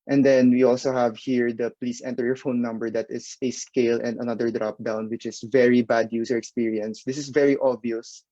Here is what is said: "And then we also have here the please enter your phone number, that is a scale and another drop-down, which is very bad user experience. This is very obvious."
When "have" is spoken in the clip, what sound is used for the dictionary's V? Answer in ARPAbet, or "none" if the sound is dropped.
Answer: V